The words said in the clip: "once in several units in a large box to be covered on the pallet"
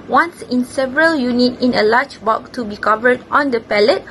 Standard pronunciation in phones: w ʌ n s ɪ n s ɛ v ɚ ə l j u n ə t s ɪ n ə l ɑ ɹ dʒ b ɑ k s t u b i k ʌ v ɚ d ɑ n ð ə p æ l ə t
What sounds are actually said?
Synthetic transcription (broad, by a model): w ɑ n s ɪ n s ɛ v ɚ ə l j u n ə t ɪ n ə l ɑ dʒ b ɑ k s t u b i k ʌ v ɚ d ɑ n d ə p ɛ l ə t